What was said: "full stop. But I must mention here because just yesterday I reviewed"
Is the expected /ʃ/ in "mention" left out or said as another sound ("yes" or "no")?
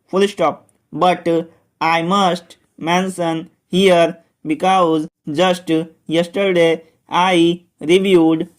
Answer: yes